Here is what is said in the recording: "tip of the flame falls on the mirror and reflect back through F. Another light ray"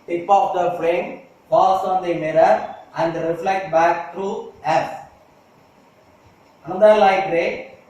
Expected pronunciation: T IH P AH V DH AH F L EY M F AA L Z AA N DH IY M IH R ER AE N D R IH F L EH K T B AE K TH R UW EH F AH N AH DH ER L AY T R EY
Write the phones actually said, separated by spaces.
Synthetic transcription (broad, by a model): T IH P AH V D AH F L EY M P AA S AA N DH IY M IH R ER AE N D R IH F L EH K T B AE K T R UW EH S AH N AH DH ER L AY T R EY